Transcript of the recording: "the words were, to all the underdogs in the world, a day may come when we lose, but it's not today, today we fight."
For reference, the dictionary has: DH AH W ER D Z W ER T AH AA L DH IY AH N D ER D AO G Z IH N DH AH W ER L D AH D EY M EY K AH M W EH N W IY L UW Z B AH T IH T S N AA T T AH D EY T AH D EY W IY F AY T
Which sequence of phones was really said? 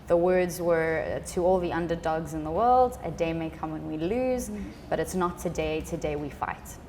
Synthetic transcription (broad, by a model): DH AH W ER D Z W ER T AH AA L DH IY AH N D ER D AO G Z IH N DH AH W ER L D AH D EY M EY K AH M W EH N W IY L UW Z B AH T IH T S N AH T T AH D EY T AH D EY W IY F AY T